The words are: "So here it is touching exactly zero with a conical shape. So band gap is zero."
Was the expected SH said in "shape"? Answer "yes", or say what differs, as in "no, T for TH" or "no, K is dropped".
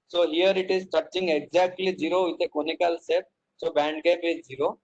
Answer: no, S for SH